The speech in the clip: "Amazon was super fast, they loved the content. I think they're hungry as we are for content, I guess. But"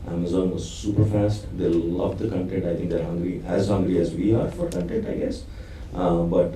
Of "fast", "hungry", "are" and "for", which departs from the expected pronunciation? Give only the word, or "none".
none